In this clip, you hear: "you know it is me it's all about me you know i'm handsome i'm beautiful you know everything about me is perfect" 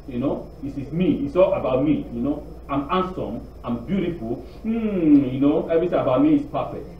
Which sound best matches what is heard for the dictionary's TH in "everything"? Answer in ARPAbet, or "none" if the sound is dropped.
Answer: S